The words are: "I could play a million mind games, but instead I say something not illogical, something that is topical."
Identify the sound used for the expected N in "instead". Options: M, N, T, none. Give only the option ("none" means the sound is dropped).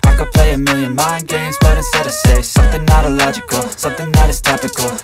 none